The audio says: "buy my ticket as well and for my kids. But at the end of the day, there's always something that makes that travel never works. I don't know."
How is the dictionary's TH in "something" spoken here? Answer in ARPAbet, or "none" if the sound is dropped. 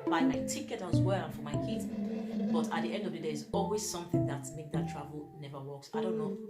TH